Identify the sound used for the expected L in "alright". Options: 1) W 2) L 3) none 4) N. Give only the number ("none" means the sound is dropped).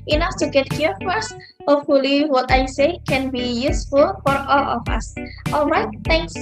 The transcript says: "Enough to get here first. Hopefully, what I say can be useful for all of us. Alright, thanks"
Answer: 2